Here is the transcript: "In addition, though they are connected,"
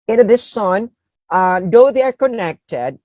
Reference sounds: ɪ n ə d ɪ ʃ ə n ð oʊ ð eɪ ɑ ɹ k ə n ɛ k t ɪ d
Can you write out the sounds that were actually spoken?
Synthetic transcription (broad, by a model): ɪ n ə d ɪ s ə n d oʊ ð eɪ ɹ k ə n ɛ k t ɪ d